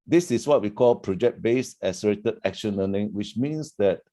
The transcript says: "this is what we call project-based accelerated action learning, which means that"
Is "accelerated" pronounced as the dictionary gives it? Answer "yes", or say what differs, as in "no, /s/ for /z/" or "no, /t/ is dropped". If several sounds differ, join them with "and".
no, /k/ is dropped